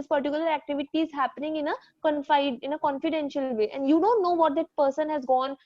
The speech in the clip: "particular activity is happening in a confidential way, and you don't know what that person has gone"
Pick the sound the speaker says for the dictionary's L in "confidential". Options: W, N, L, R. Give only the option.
L